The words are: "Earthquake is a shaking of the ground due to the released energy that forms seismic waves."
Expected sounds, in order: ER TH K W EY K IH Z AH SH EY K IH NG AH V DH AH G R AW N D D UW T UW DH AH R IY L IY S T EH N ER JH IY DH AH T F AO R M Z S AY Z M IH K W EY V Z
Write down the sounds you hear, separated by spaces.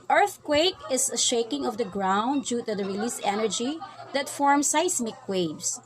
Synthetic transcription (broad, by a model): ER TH K W EY K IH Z AH SH EY K IH NG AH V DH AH G R AW N D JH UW T UW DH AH R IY L IY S EH N ER JH IY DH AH T F AO R M S AY S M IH K W EY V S